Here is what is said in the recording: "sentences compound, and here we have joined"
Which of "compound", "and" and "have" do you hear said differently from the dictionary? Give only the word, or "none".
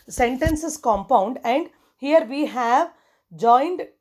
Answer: none